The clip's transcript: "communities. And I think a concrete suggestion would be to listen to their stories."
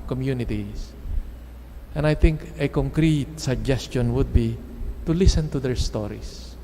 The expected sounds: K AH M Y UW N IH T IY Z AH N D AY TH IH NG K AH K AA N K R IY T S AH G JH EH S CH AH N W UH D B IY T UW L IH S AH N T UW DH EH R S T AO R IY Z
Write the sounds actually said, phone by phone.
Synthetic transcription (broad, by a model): K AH M Y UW N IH T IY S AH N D AY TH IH NG K AH K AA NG K R IY T S AH G JH EH S CH AH N W UH D B IY T UW L IH S AH N T UW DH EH R S T AO R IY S